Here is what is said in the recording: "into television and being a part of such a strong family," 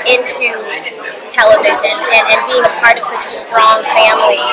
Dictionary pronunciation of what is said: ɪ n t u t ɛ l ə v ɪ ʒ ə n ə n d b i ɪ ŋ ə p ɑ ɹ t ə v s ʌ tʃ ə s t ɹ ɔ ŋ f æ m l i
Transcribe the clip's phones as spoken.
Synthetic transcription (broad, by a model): ɪ n t u t ɛ l ə v ɪ ʒ ə n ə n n b i ɪ ŋ ə p ɑ ɹ t ə v s ʌ tʃ ə s t ɹ ɔ ŋ f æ m l i